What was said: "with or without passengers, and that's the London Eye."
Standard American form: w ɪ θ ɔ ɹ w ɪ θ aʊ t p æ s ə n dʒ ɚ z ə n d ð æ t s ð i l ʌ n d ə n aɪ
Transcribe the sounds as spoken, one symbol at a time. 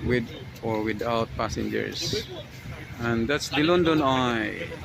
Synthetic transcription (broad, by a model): w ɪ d ɔ ɹ w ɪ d aʊ t p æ s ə n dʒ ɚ s ə n d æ t s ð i l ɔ n d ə n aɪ